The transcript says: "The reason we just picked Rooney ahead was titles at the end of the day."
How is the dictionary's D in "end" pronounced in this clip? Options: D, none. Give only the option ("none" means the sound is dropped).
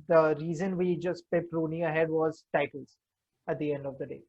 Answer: D